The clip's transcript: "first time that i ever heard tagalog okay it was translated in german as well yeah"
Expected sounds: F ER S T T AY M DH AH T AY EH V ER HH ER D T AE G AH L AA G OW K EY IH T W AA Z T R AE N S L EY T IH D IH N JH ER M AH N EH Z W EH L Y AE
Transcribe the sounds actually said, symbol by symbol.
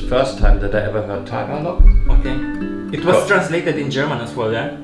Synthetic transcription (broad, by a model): F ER S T T AY M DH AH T AY EH V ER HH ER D T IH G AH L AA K OW K EY IH T W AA S T R AE N S L EY T IH D IH N JH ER M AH N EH S W EH L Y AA